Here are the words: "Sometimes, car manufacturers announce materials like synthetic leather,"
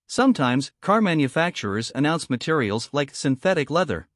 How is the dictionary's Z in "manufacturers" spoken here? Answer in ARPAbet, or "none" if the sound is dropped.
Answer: Z